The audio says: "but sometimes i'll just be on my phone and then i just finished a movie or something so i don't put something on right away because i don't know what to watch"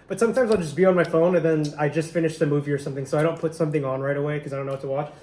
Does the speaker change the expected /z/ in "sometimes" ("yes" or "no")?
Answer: no